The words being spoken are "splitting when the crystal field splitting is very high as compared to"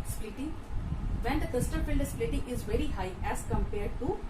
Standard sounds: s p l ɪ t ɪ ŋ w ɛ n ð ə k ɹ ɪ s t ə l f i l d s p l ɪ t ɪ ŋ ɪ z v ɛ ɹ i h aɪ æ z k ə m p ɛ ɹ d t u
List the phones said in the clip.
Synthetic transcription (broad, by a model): s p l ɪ t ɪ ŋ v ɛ n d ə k ɪ s t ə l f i l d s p l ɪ t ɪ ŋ ɪ z v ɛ ɹ i h aɪ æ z k ə m p ɛ ɹ d t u